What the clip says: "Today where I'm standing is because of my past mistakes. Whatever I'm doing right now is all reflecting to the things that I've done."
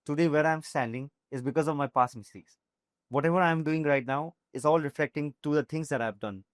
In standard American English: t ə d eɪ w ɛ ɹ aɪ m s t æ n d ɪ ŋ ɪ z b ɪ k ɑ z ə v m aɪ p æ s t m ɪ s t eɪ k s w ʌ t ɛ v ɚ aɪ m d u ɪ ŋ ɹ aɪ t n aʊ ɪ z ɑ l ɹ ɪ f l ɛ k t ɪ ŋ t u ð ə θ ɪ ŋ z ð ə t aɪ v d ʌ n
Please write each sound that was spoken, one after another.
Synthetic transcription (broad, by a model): t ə d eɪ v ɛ ɹ aɪ m s t æ n d ɪ ŋ ɪ z b ɪ k ɑ z ə v m aɪ p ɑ s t m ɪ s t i k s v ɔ t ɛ v ɚ aɪ m d u ɪ ŋ ɹ aɪ t n aʊ ɪ z ɑ l ɹ ɪ f l ɛ k t ɪ ŋ t u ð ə t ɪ ŋ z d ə t aɪ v d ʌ n